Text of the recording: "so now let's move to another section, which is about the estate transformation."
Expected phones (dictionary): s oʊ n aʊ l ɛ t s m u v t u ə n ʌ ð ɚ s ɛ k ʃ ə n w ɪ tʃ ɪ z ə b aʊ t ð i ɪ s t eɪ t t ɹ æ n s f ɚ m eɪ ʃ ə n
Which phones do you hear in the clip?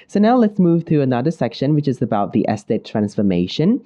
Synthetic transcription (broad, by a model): s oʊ n aʊ l ɛ t s m u v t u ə n ʌ ð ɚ s ɛ k ʃ ə n w ɪ tʃ ɪ z ə b aʊ t ð i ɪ s t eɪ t t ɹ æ n s f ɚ m eɪ ʃ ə n